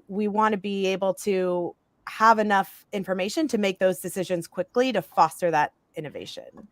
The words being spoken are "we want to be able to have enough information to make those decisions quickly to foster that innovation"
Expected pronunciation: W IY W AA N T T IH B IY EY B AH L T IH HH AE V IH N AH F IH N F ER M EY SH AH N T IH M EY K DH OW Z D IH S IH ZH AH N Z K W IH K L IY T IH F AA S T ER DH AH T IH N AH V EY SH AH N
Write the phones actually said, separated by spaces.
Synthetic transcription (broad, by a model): W IY W AA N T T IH B IY EY B L T IH HH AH V IH N AH F IH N F ER M EY SH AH N T IH M EY K DH OW Z D IH S IH ZH AH N Z K W IH K L IY T IH F AA S T ER DH AH T IH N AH V EY SH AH N